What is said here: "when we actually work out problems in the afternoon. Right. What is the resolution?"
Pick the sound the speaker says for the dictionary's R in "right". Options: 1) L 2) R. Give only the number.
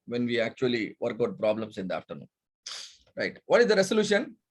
2